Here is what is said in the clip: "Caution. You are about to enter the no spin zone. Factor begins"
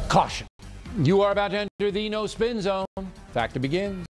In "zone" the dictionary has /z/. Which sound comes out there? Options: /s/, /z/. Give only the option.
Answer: /z/